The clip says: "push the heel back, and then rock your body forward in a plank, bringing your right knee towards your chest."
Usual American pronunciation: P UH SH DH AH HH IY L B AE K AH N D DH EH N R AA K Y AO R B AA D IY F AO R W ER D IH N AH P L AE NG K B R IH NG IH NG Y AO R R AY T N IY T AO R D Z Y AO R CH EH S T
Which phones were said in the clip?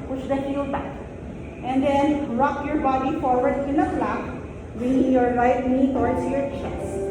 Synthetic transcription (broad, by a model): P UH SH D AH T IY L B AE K AH N D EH N R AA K Y AO R B AA D IY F AO R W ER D IH N AH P L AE K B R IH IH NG Y AO R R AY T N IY T AO R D S Y AO R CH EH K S